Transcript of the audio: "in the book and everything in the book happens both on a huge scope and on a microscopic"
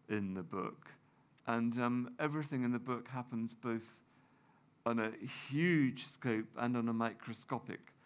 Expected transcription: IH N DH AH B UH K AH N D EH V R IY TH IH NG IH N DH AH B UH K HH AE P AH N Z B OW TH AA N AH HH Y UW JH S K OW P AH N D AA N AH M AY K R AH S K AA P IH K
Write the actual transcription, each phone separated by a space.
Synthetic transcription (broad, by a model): IH N DH AH B UH K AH N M EH V R IY TH IH NG IH N DH AH B UH K HH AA P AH N Z B OW TH N AH HH Y UW JH S K OW P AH N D N AH M AY K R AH S K AA P IH K